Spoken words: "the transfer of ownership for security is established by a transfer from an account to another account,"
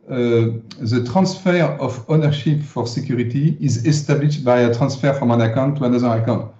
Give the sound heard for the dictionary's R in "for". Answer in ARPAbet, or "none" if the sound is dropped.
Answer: R